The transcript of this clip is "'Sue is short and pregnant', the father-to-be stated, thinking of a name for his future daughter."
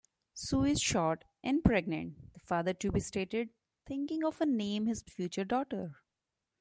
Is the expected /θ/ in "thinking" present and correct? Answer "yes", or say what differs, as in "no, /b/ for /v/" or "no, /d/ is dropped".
no, /t/ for /θ/